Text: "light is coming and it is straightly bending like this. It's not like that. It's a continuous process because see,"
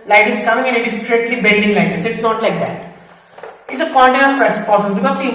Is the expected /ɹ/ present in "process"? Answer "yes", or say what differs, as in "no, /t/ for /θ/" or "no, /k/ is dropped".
no, /ɹ/ is dropped